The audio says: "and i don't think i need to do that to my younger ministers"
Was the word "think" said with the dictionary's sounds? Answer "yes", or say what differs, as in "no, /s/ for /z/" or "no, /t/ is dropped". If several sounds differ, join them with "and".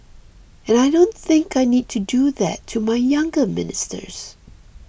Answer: yes